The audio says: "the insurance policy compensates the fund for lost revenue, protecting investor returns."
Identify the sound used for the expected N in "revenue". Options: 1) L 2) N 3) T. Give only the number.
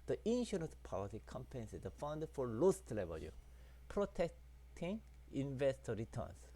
1